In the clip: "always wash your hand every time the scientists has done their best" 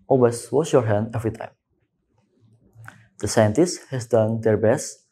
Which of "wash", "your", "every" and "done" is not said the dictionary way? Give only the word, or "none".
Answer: wash